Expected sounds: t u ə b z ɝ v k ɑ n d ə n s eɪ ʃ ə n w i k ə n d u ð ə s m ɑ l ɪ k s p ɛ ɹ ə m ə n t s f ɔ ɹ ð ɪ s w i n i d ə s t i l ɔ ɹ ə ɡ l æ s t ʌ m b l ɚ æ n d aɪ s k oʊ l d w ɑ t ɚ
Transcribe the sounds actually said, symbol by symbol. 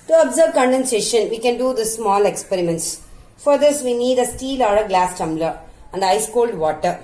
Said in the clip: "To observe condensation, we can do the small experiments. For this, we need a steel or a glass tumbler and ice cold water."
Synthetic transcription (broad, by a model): t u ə b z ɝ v k ɑ n d ə n s eɪ ʃ ə n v i k ə n d u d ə s m ɑ l ɪ k s p ɛ ɹ ə m ə n t s f ɔ ɹ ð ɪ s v i n i d ə s t i l ɔ ɹ ə ɡ l æ s t ʌ m b l ɚ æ n d aɪ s k oʊ l d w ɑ t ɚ